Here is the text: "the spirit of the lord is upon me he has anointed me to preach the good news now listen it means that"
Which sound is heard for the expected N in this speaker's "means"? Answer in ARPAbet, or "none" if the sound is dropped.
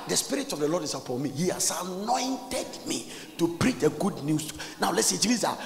none